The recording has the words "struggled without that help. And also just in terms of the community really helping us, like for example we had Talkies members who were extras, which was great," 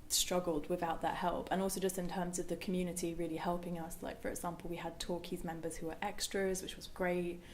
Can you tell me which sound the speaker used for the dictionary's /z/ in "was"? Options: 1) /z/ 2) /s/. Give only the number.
1